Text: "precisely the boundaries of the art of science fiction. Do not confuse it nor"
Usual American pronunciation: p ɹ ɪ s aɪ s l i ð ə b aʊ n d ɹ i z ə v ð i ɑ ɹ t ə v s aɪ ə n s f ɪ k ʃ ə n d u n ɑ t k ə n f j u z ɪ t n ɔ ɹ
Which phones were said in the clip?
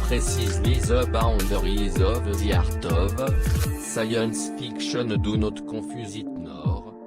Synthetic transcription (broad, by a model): p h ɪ s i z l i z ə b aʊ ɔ d ɹ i z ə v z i ɑ ɹ t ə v s aɪ ə n s f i k ʃ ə n d u n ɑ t k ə f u z ɪ t n ɔ ɹ